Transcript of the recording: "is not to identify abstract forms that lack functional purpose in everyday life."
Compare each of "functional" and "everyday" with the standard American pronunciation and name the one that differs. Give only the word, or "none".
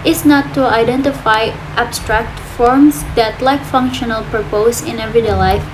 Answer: everyday